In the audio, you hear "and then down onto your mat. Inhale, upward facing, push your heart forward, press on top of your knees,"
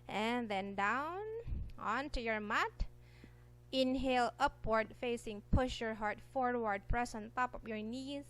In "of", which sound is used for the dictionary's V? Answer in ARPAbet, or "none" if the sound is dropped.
P